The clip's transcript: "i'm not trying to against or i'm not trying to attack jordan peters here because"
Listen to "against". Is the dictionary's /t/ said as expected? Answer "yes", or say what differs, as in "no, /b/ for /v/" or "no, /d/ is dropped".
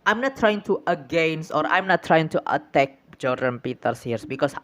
no, /t/ is dropped